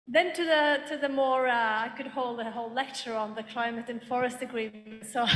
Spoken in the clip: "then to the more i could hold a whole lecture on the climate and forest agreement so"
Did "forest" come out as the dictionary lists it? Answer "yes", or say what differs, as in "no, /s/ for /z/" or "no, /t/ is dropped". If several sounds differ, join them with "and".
yes